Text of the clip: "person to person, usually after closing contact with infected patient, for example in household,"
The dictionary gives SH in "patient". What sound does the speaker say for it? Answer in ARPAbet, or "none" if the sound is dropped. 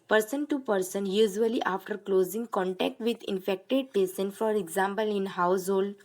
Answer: S